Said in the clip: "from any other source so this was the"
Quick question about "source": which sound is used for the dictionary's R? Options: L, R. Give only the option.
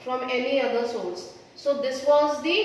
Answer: L